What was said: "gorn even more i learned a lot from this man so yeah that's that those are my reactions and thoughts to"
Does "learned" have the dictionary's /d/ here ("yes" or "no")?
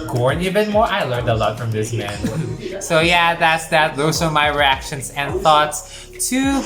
yes